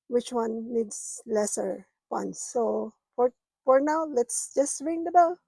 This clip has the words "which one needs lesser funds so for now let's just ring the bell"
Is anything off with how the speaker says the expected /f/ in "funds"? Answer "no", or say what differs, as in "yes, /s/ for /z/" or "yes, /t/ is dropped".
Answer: yes, /p/ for /f/